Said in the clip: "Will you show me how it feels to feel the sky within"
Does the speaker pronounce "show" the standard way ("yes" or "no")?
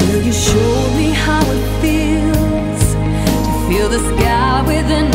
yes